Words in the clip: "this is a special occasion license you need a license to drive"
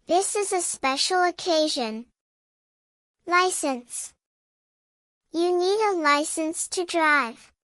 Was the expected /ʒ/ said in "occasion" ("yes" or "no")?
yes